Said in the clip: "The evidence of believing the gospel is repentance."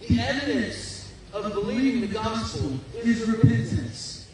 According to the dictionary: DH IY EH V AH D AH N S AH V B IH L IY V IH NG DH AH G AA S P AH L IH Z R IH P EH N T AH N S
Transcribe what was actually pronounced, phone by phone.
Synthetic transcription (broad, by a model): DH IY EH V AH D AH N S AH V B IH L IY V IH NG DH AH G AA S P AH N IH Z R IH P EH N T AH N S